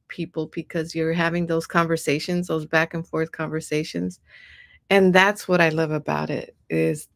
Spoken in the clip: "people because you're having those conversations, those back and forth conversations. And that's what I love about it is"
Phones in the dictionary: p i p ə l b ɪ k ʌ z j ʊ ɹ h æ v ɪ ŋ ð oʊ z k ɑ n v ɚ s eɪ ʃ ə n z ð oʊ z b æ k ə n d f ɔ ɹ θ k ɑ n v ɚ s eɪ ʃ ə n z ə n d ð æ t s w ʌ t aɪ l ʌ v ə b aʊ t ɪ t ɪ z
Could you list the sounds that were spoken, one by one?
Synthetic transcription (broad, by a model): p i p l b ɪ k ʌ z j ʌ ɹ h æ v ɪ ŋ ð oʊ z k ɑ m v ɚ s eɪ ʃ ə n z ð oʊ z b æ k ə n f ɔ ɹ θ k ɑ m v ɚ s eɪ ʃ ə n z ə n ð æ t s w ʌ t aɪ l ʌ v ə b aʊ t ɪ t ɪ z